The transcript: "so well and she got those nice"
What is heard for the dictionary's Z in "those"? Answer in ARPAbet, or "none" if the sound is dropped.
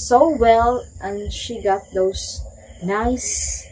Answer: S